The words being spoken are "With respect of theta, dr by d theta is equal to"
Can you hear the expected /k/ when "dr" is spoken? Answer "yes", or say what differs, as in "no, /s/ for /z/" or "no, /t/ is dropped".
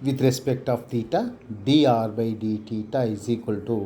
no, /k/ is dropped